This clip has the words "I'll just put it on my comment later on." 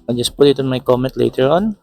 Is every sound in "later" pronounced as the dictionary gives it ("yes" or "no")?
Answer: yes